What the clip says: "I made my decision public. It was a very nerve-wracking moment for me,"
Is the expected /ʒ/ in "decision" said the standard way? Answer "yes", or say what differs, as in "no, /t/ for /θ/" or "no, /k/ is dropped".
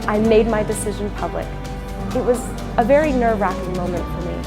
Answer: yes